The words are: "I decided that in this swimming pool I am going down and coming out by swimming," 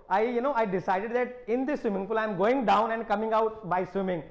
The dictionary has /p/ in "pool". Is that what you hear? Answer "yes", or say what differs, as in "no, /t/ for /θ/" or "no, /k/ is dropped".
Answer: no, /f/ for /p/